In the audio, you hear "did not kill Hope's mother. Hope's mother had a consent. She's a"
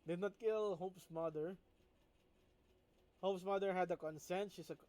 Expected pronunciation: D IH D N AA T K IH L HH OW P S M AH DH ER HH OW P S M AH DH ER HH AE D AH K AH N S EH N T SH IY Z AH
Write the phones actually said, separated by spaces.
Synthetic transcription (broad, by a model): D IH D N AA T K IH L HH OW P S M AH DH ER HH OW P S M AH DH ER HH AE D AH K AH N S EH N T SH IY S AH